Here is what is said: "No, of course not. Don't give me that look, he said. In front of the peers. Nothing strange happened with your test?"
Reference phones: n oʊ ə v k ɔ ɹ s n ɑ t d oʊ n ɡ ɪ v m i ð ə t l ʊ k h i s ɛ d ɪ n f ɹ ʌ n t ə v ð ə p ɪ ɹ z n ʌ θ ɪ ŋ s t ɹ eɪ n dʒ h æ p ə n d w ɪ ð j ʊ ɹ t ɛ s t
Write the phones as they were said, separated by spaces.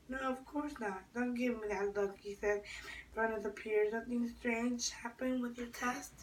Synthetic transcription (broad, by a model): n oʊ ə v k ɔ ɹ s n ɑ t d oʊ n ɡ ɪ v m i ð ə t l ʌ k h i s ɛ d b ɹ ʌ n ə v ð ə p ɪ ɹ z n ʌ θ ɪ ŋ s t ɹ eɪ n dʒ h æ p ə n w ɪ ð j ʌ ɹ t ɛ s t